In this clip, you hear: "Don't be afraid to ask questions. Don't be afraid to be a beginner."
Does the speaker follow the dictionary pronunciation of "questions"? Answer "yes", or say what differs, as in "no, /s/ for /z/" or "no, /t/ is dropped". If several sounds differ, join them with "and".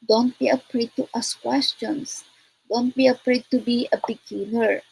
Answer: no, /s/ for /z/